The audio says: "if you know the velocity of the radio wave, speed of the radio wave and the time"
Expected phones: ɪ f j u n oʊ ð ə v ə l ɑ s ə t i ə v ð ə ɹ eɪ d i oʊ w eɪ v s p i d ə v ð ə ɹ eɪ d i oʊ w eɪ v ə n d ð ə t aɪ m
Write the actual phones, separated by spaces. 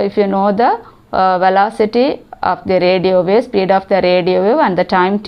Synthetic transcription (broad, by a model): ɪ f j u n oʊ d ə v ə l ɑ s ə t i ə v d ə ɹ eɪ d i oʊ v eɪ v s p i d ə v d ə ɹ eɪ d i oʊ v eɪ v ə n d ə t aɪ m